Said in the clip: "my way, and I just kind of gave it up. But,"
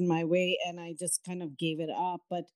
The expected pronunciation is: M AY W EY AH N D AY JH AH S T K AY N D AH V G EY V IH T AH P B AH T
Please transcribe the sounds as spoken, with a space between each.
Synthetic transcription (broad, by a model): M AY W EY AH N AY JH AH S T K AY N D AH V G EY V IH T AH P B AH T